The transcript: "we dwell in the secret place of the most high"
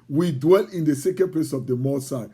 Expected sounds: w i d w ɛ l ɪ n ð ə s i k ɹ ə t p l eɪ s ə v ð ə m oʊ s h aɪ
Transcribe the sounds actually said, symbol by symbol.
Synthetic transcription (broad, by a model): w i d w ɛ l ɪ n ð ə s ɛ k ə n p l eɪ s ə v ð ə m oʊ s aɪ